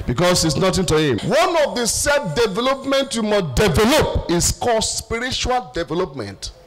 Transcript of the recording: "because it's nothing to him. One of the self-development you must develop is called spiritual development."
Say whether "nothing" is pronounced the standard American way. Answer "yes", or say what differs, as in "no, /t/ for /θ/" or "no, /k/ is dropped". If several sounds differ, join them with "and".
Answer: no, /t/ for /θ/